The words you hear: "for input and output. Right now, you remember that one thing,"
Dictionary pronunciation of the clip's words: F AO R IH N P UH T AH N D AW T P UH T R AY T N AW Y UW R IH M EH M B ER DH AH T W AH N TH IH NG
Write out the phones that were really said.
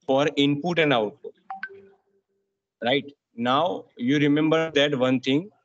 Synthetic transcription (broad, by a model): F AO R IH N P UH T AH N D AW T AO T R AY T N AW Y UW R IH M EH M B ER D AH T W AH N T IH NG